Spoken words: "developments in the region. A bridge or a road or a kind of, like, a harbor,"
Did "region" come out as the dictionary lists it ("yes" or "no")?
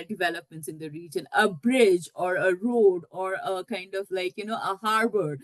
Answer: yes